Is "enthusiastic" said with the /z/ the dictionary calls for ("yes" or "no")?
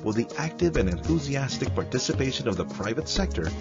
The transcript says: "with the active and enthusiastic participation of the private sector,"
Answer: yes